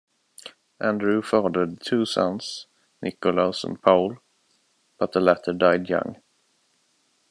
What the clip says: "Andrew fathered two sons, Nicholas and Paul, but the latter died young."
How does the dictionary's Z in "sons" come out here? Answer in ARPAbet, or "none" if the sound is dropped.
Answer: S